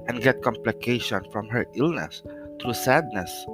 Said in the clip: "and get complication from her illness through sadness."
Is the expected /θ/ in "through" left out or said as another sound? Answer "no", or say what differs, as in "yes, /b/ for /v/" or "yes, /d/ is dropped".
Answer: yes, /t/ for /θ/